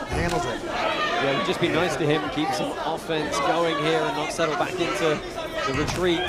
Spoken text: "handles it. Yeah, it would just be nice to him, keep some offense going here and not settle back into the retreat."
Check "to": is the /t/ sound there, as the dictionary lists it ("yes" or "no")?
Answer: yes